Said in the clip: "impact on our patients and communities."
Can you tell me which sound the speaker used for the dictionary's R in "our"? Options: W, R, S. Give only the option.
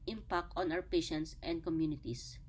W